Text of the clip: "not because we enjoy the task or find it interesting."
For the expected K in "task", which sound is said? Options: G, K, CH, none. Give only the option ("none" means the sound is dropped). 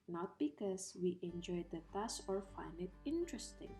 none